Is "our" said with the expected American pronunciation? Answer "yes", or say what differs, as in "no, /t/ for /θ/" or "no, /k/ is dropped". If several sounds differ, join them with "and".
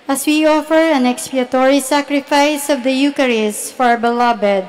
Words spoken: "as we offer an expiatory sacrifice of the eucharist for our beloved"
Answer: yes